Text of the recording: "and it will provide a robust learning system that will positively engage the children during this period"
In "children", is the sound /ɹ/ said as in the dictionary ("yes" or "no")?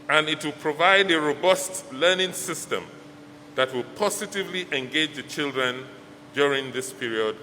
yes